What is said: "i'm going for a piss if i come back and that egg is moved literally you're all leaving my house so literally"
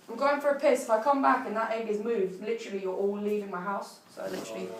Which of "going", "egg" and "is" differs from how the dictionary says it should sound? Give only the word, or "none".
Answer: none